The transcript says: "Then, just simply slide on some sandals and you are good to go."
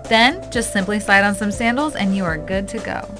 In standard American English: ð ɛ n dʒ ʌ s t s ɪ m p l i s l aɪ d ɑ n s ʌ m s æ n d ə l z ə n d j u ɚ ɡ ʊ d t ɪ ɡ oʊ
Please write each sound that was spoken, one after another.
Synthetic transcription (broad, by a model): ð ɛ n dʒ ʌ s t s ɪ m p l i s aɪ d n s ʌ m s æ n d l z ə n j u ɚ ɡ ʊ d t ɪ ɡ oʊ